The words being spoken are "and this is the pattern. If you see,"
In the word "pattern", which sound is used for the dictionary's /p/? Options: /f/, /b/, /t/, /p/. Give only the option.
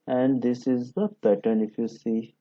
/b/